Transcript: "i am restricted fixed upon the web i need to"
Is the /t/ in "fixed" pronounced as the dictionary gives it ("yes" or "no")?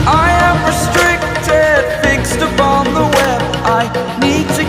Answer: yes